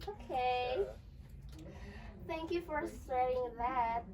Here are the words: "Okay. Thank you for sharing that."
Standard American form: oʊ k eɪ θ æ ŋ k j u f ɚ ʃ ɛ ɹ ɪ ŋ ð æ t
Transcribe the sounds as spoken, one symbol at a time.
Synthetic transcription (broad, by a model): oʊ k eɪ θ æ ŋ k j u f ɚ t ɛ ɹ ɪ ŋ ð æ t